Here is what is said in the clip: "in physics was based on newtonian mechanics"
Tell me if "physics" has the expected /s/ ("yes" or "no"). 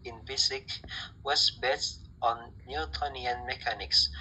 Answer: no